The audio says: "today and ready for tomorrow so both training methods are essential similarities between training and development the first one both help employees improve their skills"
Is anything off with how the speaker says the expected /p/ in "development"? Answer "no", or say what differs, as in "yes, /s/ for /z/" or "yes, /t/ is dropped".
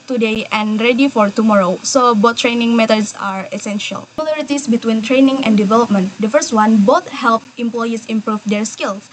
no